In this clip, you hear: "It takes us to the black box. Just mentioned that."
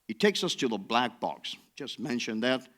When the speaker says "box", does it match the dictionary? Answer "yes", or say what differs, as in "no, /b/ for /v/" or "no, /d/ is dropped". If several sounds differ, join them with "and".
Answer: yes